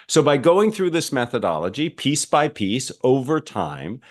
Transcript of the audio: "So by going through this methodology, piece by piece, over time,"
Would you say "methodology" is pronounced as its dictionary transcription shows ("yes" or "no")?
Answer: yes